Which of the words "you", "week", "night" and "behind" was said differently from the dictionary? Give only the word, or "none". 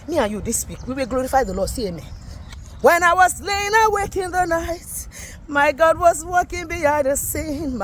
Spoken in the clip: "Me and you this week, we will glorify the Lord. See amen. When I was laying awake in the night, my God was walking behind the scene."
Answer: behind